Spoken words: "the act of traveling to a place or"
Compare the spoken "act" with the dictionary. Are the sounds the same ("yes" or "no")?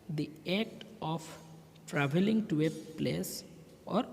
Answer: no